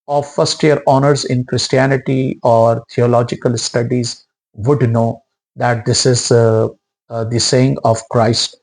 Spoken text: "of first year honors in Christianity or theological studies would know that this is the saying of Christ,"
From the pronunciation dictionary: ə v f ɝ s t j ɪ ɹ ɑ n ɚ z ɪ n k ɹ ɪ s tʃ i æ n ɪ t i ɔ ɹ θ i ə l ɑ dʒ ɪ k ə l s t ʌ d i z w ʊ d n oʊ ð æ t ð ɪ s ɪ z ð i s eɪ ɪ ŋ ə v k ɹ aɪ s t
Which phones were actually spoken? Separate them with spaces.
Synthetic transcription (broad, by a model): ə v f ɝ s t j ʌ ɹ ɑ n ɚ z ɪ n k ɹ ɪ s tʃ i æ n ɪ t i ɔ ɹ t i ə l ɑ dʒ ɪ k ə l s t ʌ d i z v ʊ d n oʊ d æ t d ɪ s ɪ z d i s eɪ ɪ ŋ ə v k ɹ aɪ s t